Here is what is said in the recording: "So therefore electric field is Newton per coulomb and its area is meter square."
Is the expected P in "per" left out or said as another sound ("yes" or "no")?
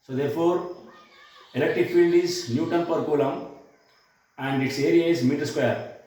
no